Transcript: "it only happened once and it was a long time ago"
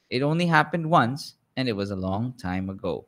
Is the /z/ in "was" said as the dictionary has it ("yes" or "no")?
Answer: yes